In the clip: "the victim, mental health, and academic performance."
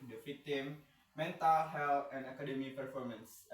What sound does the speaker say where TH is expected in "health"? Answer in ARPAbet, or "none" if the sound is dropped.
T